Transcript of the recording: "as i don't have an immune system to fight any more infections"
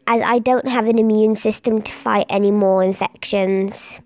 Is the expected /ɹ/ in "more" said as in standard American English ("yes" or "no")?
yes